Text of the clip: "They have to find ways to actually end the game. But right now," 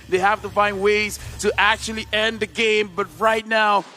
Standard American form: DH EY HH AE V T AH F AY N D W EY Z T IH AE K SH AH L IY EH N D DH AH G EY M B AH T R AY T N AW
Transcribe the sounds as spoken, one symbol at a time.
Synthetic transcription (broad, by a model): DH EY HH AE F T AH F AY N D W EY Z T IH AE K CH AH L IY EH N DH AH G EY M B AH T R AY T N AW